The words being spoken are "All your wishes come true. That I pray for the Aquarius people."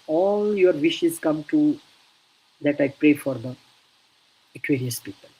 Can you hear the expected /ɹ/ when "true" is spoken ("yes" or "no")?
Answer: no